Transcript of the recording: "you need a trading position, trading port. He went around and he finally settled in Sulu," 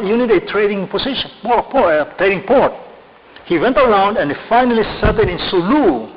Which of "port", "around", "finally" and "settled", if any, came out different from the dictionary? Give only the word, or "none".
settled